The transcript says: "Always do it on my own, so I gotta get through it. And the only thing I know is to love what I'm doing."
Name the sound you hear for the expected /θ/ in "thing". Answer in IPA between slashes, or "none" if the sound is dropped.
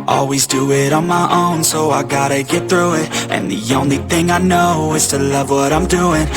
/θ/